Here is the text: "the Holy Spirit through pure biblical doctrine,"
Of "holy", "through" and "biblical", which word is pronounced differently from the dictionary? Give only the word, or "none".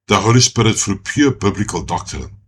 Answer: through